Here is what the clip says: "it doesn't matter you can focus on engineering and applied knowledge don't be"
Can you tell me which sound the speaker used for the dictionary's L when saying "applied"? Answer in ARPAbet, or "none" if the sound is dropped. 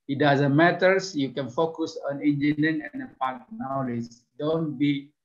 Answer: none